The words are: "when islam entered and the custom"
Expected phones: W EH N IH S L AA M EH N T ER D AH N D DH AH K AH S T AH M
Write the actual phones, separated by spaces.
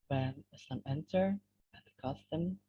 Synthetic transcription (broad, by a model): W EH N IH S AA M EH N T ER AH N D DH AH K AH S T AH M